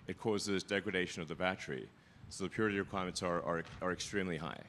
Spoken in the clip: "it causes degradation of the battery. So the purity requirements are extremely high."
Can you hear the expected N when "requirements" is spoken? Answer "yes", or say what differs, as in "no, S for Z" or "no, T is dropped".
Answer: no, N is dropped